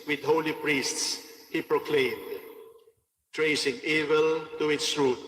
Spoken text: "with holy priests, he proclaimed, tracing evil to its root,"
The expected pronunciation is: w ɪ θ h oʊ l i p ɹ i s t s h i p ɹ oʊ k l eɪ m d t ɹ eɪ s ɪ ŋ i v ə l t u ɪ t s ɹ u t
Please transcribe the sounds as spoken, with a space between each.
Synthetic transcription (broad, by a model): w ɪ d h oʊ l i p ɹ i s t s h i p ɹ oʊ k l eɪ m d t ɹ eɪ s ɪ ŋ i v ə l t u ɪ t s ɹ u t